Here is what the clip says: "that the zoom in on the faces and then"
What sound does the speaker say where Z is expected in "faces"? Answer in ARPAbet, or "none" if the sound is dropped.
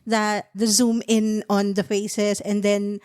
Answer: S